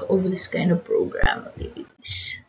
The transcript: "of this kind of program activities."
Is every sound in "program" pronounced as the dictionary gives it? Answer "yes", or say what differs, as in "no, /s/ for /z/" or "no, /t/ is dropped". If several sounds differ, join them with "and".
no, /m/ is dropped